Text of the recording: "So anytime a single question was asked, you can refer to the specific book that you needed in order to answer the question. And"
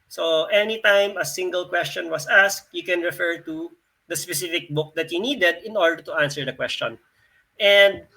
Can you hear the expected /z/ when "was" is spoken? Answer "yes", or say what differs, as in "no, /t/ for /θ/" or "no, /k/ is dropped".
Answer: no, /s/ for /z/